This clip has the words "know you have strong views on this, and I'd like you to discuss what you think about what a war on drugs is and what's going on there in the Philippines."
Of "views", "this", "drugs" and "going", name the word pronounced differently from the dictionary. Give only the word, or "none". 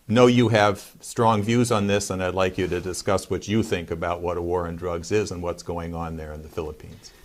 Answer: none